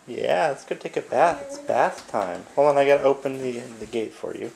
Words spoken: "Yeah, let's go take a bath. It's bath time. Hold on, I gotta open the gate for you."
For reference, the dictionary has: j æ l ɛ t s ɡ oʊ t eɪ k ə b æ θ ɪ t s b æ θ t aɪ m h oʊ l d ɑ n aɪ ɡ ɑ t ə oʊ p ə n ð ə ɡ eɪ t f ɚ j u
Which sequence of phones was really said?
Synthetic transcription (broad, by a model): j æ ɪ t s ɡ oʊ t eɪ k ə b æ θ ɪ t s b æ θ t aɪ m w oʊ l ʌ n aɪ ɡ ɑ t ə oʊ p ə n ð ə ɡ eɪ t f ɚ j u